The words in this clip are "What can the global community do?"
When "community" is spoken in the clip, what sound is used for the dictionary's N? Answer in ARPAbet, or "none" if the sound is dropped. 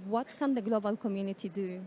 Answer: N